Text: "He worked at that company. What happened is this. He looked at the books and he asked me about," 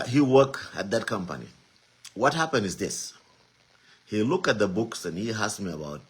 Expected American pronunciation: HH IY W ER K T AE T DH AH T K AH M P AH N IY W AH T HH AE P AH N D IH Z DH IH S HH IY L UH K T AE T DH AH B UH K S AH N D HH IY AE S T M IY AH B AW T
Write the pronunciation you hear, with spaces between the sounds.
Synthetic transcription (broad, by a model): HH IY W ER K AE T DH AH T K AH M P AH N IY W AH T HH AE P AH N D IH Z DH IH S HH IY L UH K T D DH AH B UH K S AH N HH IY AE S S M IY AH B AW T